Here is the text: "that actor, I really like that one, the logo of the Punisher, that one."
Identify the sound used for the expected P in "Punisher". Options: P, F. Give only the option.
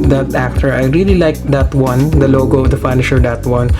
F